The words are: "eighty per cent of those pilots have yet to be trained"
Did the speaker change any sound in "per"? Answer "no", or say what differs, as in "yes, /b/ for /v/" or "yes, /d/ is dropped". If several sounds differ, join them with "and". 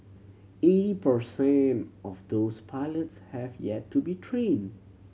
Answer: no